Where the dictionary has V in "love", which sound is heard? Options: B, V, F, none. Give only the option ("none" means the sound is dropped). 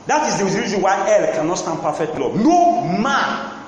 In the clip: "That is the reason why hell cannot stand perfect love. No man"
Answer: B